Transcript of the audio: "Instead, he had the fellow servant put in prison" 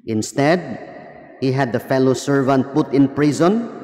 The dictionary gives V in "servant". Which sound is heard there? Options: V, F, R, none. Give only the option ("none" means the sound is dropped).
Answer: V